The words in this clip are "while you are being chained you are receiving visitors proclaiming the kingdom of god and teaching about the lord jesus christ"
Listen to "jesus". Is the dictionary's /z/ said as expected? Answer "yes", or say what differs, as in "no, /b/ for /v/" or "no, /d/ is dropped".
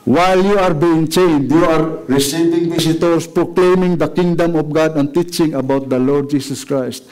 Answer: no, /s/ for /z/